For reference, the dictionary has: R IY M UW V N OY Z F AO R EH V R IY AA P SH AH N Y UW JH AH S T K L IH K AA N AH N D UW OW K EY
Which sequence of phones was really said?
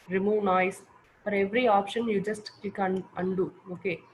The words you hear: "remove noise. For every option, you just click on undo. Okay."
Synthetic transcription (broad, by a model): R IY M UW N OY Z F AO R EH V R IY AA P SH AH N Y UW JH AH S T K IH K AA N AH N D UW OW K EY